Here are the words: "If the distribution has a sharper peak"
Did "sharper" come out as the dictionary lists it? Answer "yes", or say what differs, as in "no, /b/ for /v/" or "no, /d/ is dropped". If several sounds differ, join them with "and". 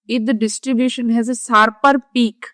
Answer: no, /s/ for /ʃ/